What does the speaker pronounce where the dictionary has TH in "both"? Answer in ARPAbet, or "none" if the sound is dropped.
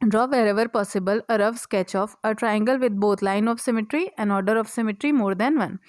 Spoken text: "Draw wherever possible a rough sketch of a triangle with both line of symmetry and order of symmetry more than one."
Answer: T